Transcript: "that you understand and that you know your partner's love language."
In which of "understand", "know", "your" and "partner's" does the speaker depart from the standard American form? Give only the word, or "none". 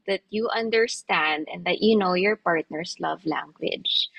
partner's